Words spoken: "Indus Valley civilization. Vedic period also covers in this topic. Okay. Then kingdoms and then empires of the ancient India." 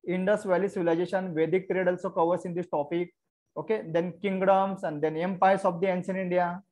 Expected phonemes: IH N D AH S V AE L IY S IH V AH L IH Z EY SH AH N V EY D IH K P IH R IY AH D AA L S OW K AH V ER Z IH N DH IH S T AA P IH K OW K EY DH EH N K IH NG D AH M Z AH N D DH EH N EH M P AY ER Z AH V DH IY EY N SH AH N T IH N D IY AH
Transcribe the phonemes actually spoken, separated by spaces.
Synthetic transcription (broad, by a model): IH N D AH S V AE L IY S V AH L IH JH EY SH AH N V EY D IH K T R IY D AA L S OW K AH V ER S IH N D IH S T AA P IH K OW K EY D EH N K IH NG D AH M S AH N D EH N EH M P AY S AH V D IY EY N S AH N IH N D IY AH